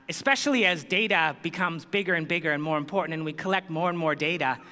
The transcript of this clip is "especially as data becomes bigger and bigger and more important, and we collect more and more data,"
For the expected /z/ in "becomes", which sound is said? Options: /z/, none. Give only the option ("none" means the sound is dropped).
/z/